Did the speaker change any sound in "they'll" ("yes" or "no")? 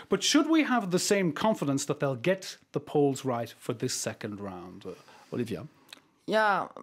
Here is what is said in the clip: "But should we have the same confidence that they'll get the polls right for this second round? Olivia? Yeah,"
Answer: no